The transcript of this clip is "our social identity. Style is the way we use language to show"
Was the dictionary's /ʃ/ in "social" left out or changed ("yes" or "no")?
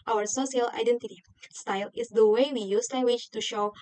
yes